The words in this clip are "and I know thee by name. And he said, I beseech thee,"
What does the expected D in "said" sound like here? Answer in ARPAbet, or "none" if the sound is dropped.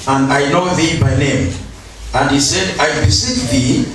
D